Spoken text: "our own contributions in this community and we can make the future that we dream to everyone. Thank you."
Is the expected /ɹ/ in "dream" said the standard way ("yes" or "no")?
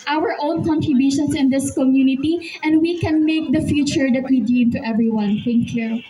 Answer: no